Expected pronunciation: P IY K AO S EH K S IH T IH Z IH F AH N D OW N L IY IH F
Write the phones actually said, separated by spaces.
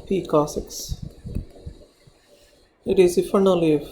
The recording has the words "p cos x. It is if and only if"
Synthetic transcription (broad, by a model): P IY K AO S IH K S IH T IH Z IH F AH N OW L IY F